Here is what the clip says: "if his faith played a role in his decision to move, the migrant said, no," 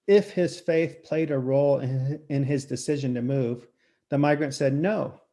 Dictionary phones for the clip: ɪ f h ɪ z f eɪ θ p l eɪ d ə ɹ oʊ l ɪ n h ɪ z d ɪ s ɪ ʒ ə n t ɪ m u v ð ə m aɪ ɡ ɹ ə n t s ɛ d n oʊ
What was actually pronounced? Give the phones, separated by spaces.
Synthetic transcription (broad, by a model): ɪ f h ɪ z f eɪ θ p l eɪ d ə ɹ oʊ l ɪ n ɪ z d ɪ s ɪ ʒ ə n t ɪ m u v ð ə m aɪ ɡ ɹ ə n t s ɛ d n oʊ